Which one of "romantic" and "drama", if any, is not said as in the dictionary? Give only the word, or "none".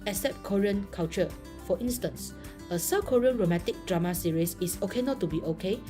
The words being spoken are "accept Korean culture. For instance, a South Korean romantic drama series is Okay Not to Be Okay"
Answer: romantic